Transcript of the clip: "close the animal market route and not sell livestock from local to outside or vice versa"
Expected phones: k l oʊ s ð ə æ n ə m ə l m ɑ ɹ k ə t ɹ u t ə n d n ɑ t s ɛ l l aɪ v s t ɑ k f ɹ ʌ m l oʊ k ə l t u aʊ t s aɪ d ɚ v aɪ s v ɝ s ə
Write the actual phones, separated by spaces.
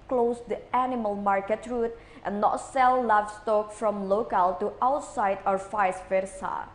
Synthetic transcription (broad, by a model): k l oʊ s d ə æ n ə m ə l m ɑ ɹ k ə t ɹ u t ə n n ɑ t s ɛ l l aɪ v s t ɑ k f ɹ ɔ m l oʊ k ə l t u aʊ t s aɪ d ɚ f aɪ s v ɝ s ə